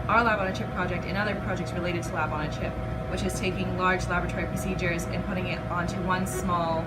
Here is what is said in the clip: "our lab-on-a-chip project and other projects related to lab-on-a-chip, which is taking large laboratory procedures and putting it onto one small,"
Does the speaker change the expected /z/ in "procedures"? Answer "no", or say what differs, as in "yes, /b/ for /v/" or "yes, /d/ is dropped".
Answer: no